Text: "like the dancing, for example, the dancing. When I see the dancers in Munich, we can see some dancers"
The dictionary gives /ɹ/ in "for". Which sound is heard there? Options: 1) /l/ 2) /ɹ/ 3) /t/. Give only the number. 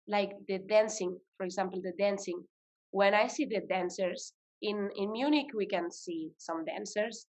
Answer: 2